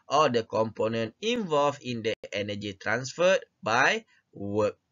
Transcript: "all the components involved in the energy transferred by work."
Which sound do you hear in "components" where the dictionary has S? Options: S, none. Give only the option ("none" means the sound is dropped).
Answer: none